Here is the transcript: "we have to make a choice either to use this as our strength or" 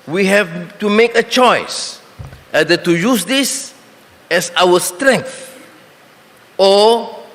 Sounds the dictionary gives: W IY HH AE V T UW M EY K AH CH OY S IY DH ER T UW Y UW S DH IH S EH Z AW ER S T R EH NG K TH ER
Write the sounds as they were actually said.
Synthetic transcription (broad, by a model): W IY HH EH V T UW M EY K AH CH OY S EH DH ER T UW Y UW S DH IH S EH S AW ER S T R EH NG K TH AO